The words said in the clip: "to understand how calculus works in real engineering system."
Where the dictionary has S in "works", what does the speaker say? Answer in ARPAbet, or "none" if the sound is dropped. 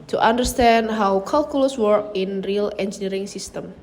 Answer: none